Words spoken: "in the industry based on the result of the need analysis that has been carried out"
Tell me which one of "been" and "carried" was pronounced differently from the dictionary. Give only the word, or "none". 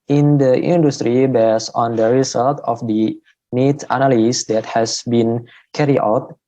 carried